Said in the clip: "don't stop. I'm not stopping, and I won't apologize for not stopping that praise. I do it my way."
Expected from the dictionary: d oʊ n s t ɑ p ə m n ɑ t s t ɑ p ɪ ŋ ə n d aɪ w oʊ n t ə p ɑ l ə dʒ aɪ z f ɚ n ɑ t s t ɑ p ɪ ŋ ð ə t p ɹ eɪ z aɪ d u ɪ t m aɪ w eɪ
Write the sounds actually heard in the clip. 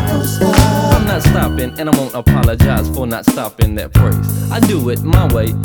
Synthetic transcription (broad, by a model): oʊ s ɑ ə m n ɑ t s t ɑ p ɪ ŋ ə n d aɪ w oʊ n t ə p ɑ l ə dʒ aɪ z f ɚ n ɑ t s t ɑ p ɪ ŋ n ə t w ɹ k s aɪ d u ɪ t m aɪ w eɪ